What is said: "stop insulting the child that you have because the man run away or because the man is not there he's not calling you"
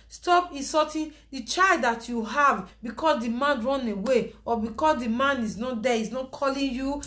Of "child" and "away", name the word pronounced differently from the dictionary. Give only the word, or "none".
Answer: none